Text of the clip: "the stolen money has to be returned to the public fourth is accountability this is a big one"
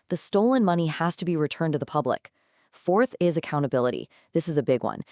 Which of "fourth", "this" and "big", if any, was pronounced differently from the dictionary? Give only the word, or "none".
none